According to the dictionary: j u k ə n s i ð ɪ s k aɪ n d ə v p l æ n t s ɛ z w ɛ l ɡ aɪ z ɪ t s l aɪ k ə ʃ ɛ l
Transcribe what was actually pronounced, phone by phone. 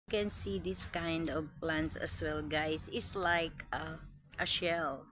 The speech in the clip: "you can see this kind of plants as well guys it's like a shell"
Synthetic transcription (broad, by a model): k ə n s i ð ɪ s k aɪ n d ə v p l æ n t s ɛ s w ɛ l ɡ aɪ s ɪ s l aɪ k ə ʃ ɛ l